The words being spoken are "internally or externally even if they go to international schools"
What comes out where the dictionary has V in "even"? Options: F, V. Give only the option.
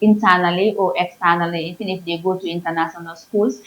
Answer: F